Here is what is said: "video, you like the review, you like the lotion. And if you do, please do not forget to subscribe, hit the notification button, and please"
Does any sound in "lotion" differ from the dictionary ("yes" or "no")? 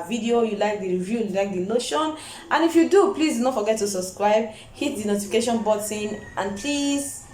yes